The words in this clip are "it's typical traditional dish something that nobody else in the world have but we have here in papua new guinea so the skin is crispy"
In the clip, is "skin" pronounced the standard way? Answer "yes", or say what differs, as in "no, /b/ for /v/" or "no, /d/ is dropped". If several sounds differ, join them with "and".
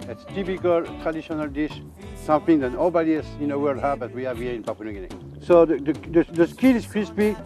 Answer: no, /l/ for /n/